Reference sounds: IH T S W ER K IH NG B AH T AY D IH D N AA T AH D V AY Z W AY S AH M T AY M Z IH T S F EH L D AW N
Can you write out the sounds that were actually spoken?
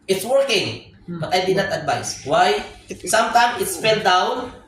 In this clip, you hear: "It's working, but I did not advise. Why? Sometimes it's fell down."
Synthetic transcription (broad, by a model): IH T S W ER K IH NG B AH T AY D IH D N AA T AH D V AY S W AY S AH M T AY M S IH T S F EH L D AW N